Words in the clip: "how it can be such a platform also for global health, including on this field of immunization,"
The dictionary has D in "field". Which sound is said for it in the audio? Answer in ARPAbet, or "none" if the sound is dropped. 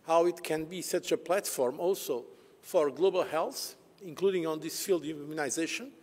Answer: D